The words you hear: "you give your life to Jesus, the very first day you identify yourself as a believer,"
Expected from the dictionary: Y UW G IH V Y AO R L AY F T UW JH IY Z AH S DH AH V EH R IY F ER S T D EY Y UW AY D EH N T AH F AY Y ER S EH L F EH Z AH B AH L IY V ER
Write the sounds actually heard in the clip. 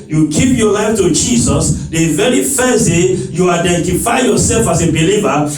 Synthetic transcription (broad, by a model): Y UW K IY P Y AO L AY F T UW JH IY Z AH S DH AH V EH R IY F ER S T D EY Y UW AY D EH N T AH F AY Y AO S EH L F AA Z AH B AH L IY V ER